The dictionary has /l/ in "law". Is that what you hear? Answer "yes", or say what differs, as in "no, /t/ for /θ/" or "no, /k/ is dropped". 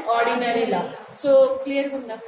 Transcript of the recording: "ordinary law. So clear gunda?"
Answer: yes